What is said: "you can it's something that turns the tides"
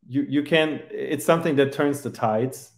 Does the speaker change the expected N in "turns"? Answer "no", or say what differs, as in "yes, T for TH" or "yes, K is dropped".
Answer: no